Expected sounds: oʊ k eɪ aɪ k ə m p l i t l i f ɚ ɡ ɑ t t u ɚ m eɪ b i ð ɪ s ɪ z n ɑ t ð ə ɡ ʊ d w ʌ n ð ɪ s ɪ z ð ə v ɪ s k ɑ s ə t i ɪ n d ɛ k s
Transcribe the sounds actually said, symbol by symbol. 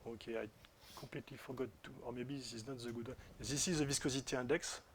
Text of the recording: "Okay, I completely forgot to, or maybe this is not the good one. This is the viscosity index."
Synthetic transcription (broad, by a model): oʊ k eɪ aɪ k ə p l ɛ t l i f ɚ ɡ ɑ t t u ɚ m eɪ b i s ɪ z n ɑ t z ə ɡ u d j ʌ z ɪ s ɪ z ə v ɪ s k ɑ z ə t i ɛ d ɛ k s